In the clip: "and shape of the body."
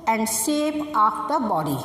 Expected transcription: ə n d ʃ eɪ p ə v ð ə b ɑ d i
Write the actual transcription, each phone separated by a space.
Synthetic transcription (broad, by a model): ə n d s eɪ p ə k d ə b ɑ d i